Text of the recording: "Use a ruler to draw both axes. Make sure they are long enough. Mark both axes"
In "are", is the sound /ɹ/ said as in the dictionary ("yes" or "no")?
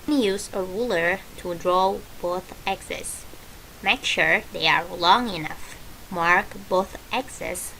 yes